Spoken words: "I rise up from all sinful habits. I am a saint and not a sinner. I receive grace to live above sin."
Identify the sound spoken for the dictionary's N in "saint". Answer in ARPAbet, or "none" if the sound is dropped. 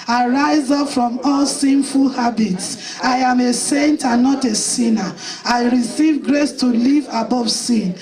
N